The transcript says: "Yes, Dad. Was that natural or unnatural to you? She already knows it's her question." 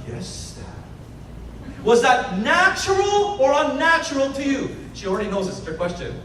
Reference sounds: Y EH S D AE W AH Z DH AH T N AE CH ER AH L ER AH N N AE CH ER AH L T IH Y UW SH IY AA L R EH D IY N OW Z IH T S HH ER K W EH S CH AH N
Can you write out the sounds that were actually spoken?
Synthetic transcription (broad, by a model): Y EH S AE W AH Z DH AH T N AE CH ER L ER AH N N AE CH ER L T IH Y UW SH IY L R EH D IY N OW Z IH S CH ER K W EH S CH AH N